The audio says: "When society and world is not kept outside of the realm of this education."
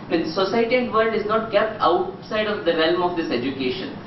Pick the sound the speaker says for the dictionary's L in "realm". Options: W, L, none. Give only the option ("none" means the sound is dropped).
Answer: L